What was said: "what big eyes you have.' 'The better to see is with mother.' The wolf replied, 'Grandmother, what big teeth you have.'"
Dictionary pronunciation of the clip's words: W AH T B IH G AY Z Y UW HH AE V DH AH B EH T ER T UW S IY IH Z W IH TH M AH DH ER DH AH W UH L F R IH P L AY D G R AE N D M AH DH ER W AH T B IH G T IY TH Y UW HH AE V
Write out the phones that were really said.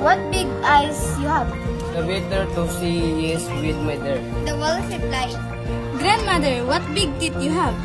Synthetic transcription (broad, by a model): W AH T B IH G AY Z Y UW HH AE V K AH B EH T ER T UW S IY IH S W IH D M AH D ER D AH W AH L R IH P L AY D G R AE N D M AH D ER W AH T B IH G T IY T Y UW HH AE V